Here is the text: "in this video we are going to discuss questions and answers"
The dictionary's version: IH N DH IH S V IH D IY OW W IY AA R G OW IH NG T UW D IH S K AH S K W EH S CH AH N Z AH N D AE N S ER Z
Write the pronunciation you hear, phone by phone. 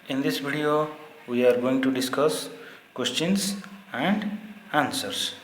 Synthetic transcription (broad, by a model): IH N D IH S B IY D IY OW W IY AA R G OW IH NG T UW D IH S K AH S K W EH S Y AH N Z AH N D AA N S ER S